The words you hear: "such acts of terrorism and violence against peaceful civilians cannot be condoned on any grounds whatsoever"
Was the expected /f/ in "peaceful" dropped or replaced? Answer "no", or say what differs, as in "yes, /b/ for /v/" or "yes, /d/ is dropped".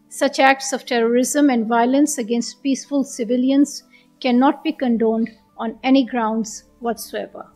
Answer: no